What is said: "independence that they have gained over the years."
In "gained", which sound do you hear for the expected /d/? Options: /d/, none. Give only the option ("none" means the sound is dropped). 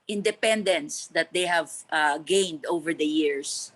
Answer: /d/